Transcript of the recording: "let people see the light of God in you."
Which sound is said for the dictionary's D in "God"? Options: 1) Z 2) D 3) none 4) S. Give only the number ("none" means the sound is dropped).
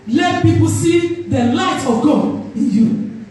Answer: 3